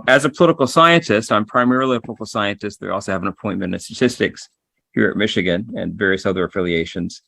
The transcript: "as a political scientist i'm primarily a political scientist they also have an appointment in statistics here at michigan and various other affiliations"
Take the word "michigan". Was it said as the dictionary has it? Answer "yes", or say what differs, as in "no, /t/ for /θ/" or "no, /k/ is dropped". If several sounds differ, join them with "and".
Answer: yes